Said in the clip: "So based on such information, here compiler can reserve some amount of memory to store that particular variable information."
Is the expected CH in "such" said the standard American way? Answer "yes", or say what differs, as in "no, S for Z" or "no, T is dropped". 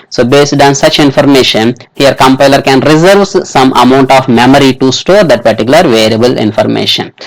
yes